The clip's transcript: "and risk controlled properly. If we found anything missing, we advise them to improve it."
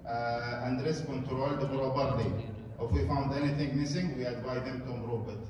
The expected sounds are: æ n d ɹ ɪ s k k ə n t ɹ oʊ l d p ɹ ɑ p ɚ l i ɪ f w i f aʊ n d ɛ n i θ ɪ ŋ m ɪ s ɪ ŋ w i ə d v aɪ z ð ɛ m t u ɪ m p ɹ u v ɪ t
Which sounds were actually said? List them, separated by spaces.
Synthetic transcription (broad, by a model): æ n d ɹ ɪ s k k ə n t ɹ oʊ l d b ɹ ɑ b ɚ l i ɪ f w i f aʊ n d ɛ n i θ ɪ ŋ m ɪ s ɪ ŋ w i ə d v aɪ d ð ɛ m t u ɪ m b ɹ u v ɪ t